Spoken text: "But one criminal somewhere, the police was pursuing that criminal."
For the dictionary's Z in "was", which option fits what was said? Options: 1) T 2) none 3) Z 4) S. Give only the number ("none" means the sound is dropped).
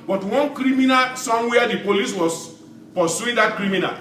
4